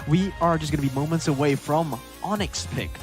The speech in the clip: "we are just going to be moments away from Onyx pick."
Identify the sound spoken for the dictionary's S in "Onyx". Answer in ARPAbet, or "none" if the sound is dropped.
S